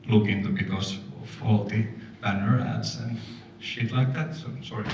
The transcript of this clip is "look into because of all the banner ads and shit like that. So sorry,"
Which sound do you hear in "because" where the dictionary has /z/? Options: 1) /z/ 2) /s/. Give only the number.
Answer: 2